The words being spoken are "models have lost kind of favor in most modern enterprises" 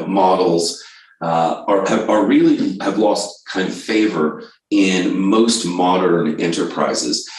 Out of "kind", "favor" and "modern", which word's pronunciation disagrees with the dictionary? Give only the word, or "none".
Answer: none